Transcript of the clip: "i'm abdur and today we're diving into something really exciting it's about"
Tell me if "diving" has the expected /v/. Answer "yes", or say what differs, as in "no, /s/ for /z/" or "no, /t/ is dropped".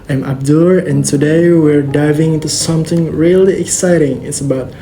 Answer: yes